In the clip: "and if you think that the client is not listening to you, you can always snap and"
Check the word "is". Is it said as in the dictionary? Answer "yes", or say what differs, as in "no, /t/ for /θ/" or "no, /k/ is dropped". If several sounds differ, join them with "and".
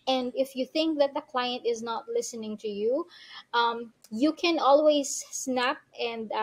yes